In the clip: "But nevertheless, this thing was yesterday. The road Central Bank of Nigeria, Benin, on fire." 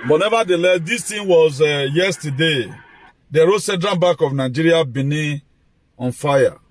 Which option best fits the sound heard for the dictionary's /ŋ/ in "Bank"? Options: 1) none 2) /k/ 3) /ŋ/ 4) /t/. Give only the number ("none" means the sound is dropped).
1